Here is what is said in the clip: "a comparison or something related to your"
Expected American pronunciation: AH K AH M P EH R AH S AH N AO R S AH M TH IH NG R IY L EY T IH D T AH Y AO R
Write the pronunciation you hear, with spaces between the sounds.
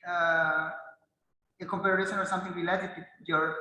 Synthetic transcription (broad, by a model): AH K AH M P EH R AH SH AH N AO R S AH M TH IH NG W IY L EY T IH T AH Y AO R